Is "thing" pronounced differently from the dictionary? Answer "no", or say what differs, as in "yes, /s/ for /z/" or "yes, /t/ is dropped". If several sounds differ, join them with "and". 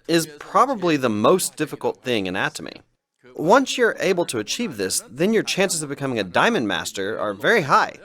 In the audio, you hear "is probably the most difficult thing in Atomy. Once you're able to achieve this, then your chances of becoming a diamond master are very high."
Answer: no